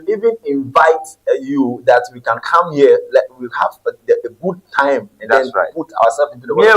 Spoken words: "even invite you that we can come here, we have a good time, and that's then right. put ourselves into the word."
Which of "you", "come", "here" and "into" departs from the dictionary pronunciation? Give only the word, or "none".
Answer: here